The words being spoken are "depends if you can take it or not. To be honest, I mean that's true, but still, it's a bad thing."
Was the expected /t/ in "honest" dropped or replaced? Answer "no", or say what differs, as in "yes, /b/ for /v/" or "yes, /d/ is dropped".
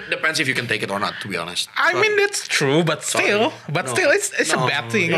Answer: no